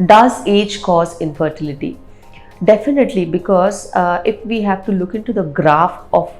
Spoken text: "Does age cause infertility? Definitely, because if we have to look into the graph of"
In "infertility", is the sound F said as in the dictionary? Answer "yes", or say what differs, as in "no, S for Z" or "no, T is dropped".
yes